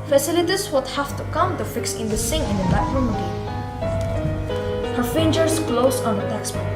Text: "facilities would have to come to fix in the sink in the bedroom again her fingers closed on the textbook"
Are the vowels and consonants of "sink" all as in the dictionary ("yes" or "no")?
no